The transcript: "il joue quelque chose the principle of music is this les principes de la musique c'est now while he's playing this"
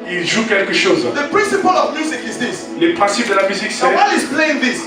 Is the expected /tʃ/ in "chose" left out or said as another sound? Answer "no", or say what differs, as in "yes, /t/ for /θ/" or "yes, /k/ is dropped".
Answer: yes, /ʃ/ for /tʃ/